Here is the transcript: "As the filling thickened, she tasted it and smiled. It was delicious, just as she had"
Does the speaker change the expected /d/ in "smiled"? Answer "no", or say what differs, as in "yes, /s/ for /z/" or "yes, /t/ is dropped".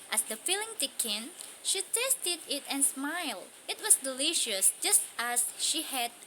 no